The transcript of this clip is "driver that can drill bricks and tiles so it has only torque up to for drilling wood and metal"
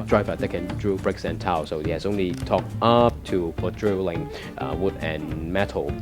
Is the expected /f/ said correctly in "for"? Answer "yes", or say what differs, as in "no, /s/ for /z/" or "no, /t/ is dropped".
no, /p/ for /f/